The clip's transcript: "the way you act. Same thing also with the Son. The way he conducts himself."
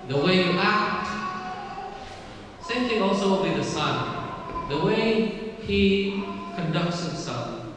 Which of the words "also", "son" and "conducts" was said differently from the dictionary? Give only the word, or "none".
none